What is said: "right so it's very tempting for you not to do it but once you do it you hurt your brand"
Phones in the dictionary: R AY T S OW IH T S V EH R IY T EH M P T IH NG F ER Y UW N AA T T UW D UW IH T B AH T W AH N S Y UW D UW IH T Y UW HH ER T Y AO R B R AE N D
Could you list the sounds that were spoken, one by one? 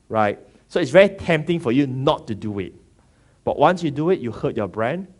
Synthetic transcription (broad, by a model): R AY T S OW IH T S V EH R IY T EH M P T IH NG F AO Y UW N AA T T UW D UW IH T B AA T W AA N S Y UW D UW IH T Y UW HH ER T Y AO B R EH N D